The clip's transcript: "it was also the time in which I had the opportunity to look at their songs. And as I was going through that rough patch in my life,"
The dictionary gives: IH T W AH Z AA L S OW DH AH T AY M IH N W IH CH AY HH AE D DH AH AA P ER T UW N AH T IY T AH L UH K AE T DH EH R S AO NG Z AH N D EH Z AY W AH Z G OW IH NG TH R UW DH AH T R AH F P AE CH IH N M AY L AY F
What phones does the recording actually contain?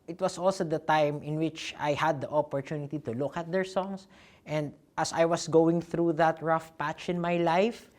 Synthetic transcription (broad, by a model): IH T W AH S AA L S OW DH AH T AY M IH N W IH CH AY HH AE D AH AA P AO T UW N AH T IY T AH L UH K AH T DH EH R S AO NG S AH N D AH S AY W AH S G OW IH NG TH R UW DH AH T R AH F P AE CH IH N M AY L AY F